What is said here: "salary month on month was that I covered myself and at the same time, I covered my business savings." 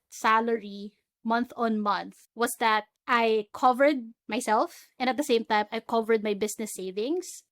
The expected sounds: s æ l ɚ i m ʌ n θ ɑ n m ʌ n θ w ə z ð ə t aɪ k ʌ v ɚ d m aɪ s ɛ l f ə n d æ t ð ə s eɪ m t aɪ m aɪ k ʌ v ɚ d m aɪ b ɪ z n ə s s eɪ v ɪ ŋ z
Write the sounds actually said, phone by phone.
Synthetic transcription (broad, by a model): s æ l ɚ i m ʌ n θ ɑ n m ʌ n θ w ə s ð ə t aɪ k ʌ v ɚ d m aɪ s ɛ l f ə n d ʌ t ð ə s eɪ m t aɪ m aɪ k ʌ v ɚ d m aɪ b ɪ s n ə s s eɪ v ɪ ŋ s